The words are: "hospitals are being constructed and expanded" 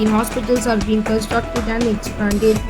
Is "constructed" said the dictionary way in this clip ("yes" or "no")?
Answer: no